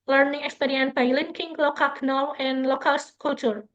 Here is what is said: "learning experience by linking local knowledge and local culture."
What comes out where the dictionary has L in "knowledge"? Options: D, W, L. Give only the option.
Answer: W